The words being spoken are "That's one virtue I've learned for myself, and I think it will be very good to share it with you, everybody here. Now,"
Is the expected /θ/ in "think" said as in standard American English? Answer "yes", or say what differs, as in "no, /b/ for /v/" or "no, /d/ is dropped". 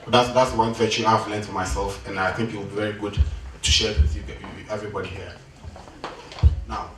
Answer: yes